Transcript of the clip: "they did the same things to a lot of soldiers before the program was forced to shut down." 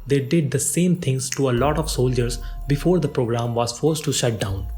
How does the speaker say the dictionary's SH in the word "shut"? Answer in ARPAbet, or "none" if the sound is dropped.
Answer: SH